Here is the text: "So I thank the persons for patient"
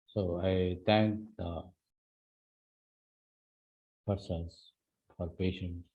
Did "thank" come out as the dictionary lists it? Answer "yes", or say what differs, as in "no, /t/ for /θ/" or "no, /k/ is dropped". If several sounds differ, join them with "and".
no, /t/ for /θ/